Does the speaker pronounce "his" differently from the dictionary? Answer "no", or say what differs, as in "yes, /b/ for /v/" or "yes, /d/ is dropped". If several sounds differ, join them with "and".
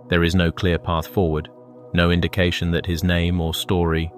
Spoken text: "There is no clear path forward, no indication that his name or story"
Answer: no